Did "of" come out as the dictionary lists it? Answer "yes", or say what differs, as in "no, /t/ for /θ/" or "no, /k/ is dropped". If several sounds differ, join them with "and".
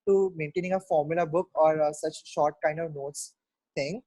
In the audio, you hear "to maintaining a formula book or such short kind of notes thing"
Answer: yes